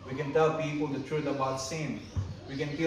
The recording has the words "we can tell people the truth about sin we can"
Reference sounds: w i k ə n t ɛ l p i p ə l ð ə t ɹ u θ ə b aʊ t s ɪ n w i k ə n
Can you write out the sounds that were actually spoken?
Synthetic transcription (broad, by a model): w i k ə n t ɛ l p i p ə l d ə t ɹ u t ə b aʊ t s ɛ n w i k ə n